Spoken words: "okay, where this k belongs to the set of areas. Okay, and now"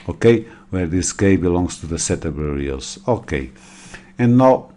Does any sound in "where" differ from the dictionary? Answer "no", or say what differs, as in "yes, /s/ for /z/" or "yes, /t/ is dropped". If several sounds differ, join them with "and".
no